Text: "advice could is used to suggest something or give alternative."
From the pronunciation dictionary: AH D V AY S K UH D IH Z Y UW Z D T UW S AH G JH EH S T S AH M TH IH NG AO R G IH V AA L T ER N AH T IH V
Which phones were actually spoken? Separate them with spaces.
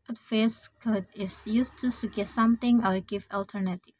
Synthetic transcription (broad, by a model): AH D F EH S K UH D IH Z Y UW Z T UW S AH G EH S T S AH M T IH NG AO R G IH V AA L T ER N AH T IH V